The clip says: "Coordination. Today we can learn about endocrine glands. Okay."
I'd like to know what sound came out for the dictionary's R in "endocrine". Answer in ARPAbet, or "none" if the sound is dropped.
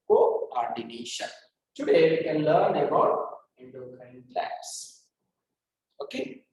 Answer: none